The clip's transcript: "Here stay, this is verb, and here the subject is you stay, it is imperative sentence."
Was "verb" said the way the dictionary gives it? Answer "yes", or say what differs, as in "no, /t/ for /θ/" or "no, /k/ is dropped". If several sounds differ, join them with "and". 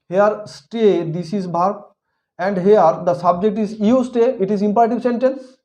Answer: no, /b/ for /v/